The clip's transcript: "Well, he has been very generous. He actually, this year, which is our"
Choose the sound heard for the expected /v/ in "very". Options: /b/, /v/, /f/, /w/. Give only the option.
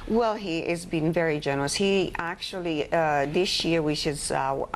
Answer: /v/